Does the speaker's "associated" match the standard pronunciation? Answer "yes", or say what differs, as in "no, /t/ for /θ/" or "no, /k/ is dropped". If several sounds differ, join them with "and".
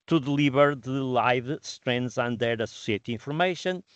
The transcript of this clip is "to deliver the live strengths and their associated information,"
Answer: no, /d/ is dropped